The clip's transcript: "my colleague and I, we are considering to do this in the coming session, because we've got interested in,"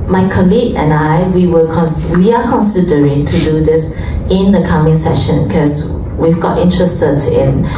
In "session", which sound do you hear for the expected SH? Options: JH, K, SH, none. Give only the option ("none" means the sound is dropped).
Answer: SH